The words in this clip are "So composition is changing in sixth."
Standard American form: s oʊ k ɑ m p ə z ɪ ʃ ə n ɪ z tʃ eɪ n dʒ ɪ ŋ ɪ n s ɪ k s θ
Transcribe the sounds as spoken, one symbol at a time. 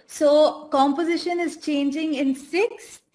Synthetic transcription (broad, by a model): s oʊ k ɑ m p ə z ɪ ʃ ə n ɪ z tʃ eɪ n dʒ ɪ ŋ ɪ n s ɪ k s